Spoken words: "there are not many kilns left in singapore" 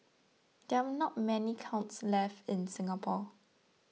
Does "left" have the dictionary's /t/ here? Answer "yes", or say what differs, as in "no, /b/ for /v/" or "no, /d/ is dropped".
yes